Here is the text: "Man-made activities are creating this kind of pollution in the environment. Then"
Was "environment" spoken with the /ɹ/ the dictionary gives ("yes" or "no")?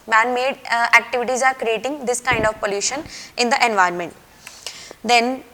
no